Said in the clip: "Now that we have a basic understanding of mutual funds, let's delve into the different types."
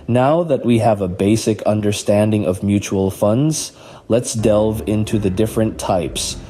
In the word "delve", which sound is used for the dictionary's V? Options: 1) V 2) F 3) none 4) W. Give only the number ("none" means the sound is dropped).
1